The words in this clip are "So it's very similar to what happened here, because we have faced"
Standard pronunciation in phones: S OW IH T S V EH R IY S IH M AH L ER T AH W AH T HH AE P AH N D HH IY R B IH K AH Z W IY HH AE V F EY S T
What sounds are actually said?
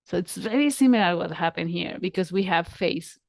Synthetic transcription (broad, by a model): S OW IH T S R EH L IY S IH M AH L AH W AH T HH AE P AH N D HH IY R B IH K AH Z W IY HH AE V F EY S